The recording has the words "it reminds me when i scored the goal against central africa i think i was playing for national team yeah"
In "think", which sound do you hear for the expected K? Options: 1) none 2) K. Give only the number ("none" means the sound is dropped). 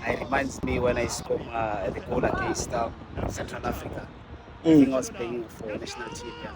1